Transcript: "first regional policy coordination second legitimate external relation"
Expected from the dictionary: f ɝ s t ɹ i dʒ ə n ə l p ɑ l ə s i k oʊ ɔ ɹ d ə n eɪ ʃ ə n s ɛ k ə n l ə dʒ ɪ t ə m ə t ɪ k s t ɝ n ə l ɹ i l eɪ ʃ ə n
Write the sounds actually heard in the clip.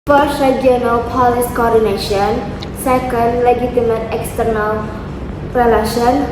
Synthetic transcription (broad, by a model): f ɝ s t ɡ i ə n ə l p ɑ l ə s k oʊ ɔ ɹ d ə n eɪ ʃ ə n s ɛ k ə n l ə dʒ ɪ t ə m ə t ɪ k s t ɝ n ə l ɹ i l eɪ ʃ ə n